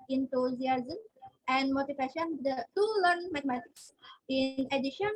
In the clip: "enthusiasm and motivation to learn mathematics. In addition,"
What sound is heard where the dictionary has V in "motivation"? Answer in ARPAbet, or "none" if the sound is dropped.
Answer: F